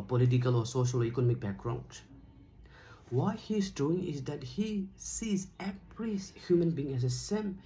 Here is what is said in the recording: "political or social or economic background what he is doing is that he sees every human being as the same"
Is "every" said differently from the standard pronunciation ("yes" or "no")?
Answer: yes